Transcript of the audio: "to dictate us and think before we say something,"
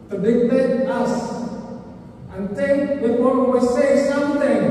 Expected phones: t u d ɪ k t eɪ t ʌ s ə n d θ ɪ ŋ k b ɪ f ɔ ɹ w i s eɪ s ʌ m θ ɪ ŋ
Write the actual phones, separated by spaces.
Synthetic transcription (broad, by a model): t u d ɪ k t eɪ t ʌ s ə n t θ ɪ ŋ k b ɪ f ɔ w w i s eɪ s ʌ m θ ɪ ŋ